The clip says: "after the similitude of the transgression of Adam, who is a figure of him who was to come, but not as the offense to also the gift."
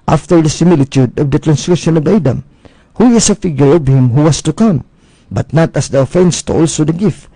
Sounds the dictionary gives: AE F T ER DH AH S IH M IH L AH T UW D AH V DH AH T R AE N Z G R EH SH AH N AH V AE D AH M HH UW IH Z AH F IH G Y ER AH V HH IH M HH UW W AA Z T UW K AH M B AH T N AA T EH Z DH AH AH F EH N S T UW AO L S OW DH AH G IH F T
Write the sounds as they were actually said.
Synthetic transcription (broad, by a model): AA F T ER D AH S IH M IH L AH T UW D AH V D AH T R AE N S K R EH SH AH N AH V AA D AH M HH UW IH S AH F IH G Y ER AH V HH IH M HH UW W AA S T UW K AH M B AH T N AA T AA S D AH AH F EH N S T UW AO L S OW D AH G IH F T